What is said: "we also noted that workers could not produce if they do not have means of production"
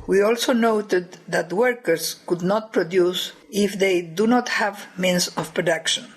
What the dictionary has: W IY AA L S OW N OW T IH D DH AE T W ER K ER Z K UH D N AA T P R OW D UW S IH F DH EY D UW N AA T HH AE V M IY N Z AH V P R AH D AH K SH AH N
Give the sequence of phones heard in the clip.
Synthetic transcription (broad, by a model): W IY AA L S OW N OW T IH D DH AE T W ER K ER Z K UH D N AA T P R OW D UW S IH F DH EY D UW N AA T HH AE V M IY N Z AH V P R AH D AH K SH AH N